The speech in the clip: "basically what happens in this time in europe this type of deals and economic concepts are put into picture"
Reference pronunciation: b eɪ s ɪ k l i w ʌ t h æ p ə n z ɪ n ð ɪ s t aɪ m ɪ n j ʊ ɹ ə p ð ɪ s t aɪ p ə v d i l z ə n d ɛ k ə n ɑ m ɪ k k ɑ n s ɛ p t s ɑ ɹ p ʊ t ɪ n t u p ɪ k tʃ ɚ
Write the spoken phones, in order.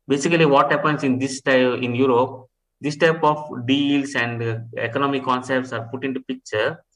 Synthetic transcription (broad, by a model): b eɪ s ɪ k l i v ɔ t h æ p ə n s ɪ n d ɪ s t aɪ ɪ n j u ɹ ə p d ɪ s t aɪ p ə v d i l s ə n d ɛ k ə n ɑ m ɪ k k ɑ n s ɛ p t s ɑ ɹ p ʊ t ɪ n t u p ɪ k tʃ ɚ